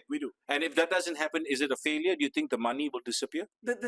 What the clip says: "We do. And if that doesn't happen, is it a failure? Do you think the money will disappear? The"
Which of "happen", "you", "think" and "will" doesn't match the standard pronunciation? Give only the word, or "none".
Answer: think